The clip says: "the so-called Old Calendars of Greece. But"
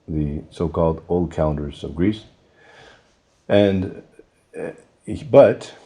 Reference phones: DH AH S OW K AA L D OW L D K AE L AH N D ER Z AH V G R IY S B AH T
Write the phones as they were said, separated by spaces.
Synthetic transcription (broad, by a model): DH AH S OW K AA L D OW L D K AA AH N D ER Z AH V G R IY S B AH T